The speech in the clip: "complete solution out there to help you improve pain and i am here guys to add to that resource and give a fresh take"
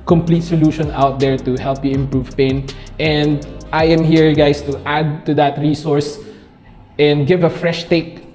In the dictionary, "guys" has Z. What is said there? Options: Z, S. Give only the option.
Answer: S